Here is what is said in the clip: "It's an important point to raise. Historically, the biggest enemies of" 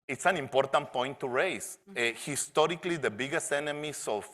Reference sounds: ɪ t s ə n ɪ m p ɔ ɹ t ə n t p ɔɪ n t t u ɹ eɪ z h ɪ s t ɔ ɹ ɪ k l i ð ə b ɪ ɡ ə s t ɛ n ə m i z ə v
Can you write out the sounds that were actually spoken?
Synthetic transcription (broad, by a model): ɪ t s ə n ɪ m p ɔ ɹ t ə n t p ɔɪ n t t u ɹ eɪ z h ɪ s t ɔ ɹ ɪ k l i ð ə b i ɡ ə s t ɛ n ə m i s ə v